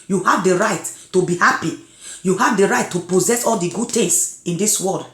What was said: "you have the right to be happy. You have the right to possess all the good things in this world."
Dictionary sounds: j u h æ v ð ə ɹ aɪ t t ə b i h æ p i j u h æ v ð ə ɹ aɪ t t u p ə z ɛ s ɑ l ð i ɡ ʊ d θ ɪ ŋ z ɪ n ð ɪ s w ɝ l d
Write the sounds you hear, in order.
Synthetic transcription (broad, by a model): j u h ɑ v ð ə ɹ aɪ t t ə b i h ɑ p i j u h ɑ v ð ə ɹ aɪ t t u p ə z ɛ s ɑ l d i ɡ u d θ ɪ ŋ s ɪ n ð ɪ s w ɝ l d